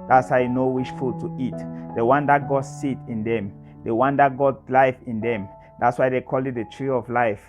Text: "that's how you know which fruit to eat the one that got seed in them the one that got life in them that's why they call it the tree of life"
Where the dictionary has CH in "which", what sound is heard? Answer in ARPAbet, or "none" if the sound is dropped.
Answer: SH